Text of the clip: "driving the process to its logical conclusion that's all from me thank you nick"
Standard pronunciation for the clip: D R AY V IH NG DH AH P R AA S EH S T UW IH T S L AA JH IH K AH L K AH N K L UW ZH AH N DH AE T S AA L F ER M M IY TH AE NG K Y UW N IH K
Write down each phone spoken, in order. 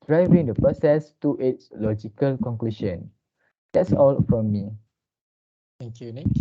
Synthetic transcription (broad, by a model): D R AY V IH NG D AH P AH S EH S T UW IH T S L AA JH IH K AH L K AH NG K L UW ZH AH N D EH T S AA L F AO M M IY T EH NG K Y UW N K